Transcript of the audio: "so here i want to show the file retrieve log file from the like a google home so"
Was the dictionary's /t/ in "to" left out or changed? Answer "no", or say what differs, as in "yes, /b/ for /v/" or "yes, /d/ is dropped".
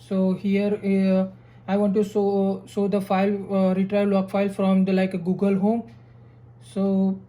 yes, /s/ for /t/